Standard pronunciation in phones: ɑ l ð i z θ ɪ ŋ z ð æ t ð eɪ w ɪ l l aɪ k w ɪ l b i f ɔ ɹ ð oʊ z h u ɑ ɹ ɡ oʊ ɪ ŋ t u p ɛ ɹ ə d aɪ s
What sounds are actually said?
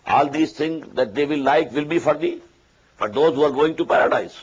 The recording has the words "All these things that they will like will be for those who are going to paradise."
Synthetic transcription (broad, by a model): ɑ l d i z t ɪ ŋ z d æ t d eɪ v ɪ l l aɪ k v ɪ l b i f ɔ ɹ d oʊ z h u ɑ ɹ ɡ oʊ ɪ ŋ t u p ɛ ɹ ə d aɪ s